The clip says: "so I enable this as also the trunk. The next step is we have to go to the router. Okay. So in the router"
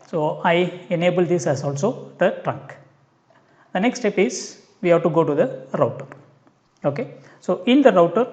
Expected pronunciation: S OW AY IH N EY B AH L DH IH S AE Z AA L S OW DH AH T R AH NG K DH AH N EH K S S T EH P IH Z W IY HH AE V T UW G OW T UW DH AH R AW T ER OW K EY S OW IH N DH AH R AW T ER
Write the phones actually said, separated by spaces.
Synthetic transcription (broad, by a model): S OW AY IH N EY B AH L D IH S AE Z AA L S OW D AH T R AH NG K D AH N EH K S S T EH P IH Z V IY HH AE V T UW G OW T UW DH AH R AW T ER OW K EY S OW IH N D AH R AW T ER